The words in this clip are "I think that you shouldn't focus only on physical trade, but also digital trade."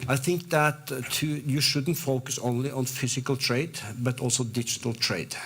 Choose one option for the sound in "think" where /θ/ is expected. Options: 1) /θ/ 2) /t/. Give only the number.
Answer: 1